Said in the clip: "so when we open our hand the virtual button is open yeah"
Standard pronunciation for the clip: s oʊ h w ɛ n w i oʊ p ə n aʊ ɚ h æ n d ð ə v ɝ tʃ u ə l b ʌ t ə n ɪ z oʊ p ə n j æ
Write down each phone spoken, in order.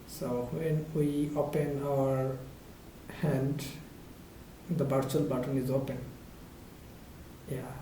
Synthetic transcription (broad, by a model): s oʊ h w ɛ n w i oʊ p ə n aʊ ɚ h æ n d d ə b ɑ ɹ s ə l b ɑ t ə n ɪ z oʊ p ə n j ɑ